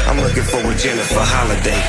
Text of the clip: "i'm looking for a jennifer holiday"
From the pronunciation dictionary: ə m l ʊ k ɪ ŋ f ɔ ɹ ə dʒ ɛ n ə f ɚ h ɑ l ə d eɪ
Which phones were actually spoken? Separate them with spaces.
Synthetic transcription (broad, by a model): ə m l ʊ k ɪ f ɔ w ə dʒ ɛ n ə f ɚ h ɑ l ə d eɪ